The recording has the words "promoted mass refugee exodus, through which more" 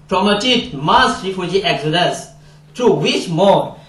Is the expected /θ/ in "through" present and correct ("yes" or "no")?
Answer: no